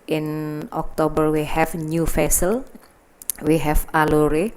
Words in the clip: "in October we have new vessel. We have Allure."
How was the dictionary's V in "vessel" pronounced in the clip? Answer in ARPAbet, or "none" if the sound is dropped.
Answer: F